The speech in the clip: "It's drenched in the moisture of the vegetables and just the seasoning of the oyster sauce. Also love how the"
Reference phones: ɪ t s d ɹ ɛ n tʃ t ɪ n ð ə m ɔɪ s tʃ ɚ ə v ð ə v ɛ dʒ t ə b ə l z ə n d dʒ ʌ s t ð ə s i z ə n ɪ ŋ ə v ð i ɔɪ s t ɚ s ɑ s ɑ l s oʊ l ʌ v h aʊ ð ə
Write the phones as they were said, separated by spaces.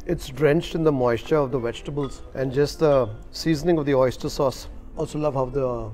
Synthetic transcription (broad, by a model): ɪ t s d ɹ ɛ n tʃ t ɪ n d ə m ɔɪ s tʃ ɚ ə v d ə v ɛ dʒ t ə b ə l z ə n d dʒ ʌ s t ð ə s i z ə n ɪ ŋ ə v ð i ɔɪ s t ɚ s ɑ s ɑ l s oʊ l ʌ v h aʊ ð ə